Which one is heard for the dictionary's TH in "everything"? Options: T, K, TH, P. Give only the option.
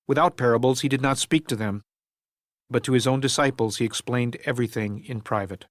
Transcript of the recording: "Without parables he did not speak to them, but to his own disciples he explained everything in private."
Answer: TH